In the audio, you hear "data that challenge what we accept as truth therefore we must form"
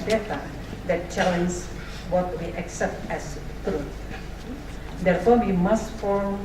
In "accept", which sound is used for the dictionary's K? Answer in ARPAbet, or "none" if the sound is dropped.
K